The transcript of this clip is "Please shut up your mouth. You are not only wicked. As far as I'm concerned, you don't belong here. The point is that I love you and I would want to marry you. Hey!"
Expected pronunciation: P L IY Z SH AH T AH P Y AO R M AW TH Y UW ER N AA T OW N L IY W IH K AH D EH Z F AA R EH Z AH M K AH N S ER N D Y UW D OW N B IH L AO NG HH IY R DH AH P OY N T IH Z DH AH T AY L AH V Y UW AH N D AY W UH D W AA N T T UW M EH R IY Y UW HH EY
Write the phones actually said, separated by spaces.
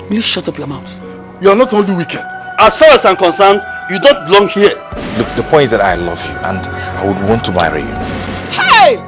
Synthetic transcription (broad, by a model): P L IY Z SH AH T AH P Y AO M AW T Y UW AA N AA T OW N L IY W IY K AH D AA S F AA R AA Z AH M K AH N S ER N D Y UW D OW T B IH L AO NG HH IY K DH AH P OY N T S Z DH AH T AY L AH V Y UW AH N D AY W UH D W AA N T T UW M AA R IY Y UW HH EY